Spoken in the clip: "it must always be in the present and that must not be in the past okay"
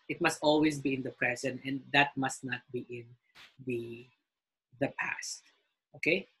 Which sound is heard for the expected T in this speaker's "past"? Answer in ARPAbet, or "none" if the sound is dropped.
T